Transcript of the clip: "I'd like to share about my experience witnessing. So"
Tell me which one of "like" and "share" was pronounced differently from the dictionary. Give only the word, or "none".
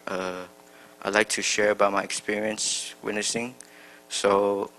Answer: none